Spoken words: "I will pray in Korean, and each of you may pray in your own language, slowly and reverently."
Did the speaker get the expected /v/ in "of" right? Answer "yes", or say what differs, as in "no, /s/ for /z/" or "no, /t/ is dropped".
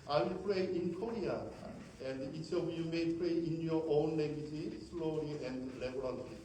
no, /b/ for /v/